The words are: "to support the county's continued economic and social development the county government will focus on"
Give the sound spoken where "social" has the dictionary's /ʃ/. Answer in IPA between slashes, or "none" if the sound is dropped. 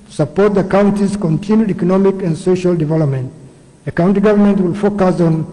/ʃ/